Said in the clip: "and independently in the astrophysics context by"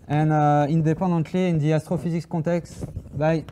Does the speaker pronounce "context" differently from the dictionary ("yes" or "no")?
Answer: yes